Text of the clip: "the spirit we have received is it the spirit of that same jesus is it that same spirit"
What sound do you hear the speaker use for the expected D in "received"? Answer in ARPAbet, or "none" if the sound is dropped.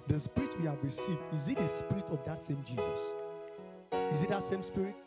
D